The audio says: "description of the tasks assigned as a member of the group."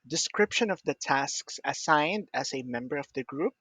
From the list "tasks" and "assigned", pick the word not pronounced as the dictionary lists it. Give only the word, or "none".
none